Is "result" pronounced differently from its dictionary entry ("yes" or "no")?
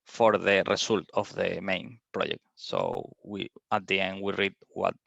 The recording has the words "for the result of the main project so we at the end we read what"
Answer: yes